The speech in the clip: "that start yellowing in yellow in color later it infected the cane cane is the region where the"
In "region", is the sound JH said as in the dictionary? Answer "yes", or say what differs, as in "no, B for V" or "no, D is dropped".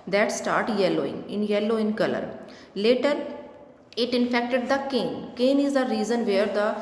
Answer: no, Z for JH